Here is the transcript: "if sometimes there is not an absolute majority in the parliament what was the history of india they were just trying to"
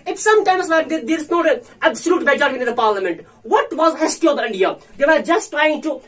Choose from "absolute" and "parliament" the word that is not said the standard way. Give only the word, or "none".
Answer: none